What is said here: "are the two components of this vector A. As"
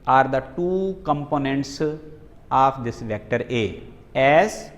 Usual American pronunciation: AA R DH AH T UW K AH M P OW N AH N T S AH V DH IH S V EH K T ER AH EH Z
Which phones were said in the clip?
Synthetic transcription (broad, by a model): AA R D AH T UW K AH M P OW N AH N T S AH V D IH S V EH K T ER AH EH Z